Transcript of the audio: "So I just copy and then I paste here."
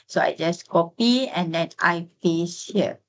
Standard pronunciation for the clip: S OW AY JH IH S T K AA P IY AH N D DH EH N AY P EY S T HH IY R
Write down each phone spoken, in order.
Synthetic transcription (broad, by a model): S OW AY JH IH S K AA P IY AH N D EH N AY F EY S HH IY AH